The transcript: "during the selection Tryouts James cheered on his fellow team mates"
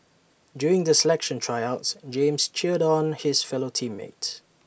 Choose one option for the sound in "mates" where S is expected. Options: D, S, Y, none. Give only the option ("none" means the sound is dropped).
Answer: none